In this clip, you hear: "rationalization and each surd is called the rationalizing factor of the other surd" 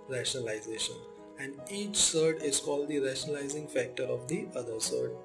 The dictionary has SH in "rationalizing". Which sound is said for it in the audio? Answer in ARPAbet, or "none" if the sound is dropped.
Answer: SH